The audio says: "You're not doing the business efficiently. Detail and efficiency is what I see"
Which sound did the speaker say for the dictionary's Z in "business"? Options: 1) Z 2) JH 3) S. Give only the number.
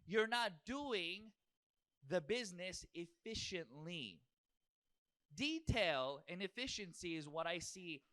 1